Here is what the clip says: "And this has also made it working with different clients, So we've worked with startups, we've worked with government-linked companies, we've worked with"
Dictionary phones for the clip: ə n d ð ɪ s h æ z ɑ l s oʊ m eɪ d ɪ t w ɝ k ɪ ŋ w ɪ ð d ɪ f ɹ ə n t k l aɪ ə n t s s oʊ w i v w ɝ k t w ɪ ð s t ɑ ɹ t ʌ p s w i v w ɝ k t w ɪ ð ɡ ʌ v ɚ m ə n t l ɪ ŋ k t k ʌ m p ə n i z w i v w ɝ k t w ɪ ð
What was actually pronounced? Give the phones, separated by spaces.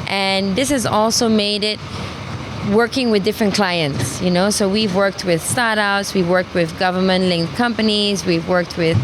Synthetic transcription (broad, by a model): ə n ð ɪ s h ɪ z ɑ l s oʊ m eɪ d ɪ t w ɝ k ɪ ŋ w ɪ ð d ɪ f ɹ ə n k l aɪ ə n t s s oʊ w i v w ɝ k t w ɪ ð s t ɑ ɹ t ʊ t s w i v w ɝ k t w ɪ ð ɡ ʌ v ɚ m ə n t l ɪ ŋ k k ʌ m p ə n i z w i v w ɝ k t w ɪ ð